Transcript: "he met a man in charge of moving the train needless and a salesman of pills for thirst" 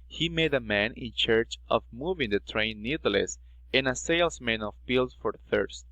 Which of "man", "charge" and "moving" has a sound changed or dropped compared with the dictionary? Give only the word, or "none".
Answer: charge